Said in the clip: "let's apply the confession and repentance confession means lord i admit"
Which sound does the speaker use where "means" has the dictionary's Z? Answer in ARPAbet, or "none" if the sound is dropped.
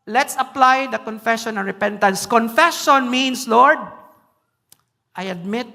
S